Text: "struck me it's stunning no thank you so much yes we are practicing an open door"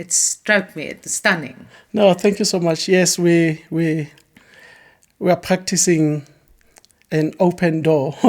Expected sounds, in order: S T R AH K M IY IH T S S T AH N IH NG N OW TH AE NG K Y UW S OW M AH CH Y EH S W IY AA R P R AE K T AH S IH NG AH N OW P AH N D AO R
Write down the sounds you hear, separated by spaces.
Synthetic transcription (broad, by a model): S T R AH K M IY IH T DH S T AH N IH NG N OW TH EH NG K Y UW S OW M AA CH Y EH S W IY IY W P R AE K T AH S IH NG AH N OW P AH N D AO